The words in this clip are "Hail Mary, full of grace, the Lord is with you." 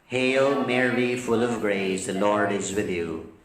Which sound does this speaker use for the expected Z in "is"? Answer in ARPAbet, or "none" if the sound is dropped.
Z